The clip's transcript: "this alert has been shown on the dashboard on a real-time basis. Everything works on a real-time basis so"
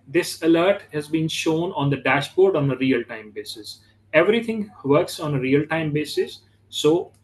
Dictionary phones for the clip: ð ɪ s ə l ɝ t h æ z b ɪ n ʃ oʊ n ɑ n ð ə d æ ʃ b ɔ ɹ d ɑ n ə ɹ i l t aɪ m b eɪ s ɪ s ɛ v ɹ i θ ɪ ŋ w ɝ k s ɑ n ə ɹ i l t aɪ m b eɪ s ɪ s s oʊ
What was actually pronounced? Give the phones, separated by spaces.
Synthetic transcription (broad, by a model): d ɪ s ə l ɝ t h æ z b ɪ n ʃ oʊ n ɑ n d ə d æ ʃ b ɔ ɹ d ɑ n ə ɹ i l t aɪ m b eɪ s ɪ s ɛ v ɹ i t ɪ ŋ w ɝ k s ɑ n ə ɹ i l t aɪ m b eɪ s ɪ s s oʊ